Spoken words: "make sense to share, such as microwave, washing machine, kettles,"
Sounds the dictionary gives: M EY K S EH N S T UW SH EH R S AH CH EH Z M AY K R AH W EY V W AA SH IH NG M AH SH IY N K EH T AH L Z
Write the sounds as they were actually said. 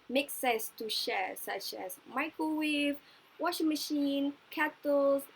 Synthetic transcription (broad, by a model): M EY K S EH S T UW SH EH S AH CH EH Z M AY K AH W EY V W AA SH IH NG M AH SH IY N K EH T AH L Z